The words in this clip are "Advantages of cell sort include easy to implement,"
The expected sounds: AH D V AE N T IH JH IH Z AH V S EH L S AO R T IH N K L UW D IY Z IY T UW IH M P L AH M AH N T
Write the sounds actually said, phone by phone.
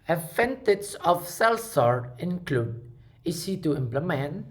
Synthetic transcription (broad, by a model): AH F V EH N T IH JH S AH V S EH L S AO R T IH N K L UW D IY S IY T UW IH M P L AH M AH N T